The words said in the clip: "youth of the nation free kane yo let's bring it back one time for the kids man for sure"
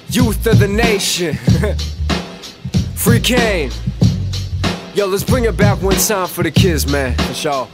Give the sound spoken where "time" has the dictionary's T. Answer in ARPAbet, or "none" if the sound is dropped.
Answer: S